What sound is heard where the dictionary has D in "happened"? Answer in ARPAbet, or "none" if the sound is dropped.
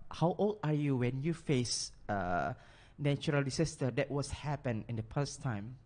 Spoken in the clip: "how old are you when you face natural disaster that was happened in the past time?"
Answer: none